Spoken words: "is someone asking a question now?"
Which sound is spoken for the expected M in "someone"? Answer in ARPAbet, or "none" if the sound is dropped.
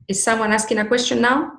M